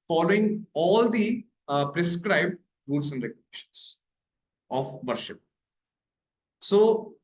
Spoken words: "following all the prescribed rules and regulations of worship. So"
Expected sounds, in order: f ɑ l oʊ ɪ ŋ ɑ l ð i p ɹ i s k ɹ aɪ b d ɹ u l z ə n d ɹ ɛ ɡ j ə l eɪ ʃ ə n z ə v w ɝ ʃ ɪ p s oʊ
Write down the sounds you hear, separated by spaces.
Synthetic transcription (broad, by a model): f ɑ l oʊ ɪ ŋ ɑ l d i p ɹ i s k ɹ aɪ b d ɹ u l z ə n d ɹ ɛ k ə n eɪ ʃ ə n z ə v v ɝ ʃ ɪ p s oʊ